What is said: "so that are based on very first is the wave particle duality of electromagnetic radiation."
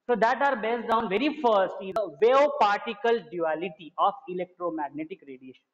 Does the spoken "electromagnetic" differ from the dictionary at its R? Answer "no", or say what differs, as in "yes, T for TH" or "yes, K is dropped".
no